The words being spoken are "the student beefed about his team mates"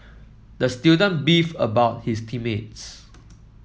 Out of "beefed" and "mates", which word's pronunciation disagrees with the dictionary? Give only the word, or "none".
beefed